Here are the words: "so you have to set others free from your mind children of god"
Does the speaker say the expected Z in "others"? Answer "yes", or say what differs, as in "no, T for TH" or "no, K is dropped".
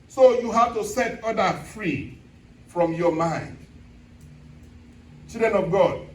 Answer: no, Z is dropped